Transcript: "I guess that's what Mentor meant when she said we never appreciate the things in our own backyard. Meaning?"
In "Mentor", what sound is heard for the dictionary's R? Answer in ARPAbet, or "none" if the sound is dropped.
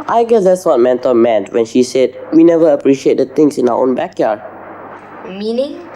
L